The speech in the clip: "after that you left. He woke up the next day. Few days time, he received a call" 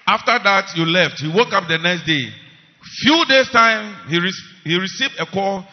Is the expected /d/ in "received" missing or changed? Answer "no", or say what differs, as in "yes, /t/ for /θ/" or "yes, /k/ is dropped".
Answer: no